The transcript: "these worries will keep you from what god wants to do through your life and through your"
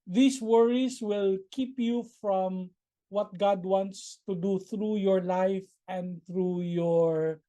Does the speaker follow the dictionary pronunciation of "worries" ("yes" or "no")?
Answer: no